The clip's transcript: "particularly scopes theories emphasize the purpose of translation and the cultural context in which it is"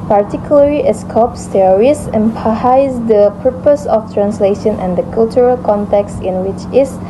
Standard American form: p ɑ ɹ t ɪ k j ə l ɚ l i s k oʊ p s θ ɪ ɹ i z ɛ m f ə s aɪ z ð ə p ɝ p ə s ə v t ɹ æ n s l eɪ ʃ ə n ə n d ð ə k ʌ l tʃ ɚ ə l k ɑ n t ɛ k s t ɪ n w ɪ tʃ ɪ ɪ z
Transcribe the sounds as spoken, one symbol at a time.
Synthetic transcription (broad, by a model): p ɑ ɹ t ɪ k j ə l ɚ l i s k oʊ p s t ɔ ɹ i s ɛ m p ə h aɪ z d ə p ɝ p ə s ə f t ɹ æ n s l eɪ ʃ ə n ə n d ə k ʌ l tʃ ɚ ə l k ɑ n t ɛ k s t ɪ n w ɪ tʃ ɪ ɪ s